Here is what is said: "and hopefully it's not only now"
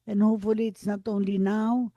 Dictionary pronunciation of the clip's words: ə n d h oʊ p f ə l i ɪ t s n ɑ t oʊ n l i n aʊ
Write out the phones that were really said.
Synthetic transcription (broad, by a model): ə n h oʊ f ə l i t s n ɑ t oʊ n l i n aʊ